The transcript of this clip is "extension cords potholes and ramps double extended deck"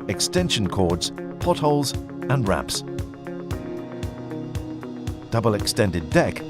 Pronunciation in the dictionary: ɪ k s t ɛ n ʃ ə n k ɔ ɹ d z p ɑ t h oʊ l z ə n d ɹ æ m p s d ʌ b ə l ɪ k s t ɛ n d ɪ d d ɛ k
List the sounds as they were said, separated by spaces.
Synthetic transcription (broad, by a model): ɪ k s t ɛ n ʃ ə n k ɔ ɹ d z p ɑ t h oʊ l z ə n ɹ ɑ p s d ʌ b ə l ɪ k s t ɛ n d ɪ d d ɛ k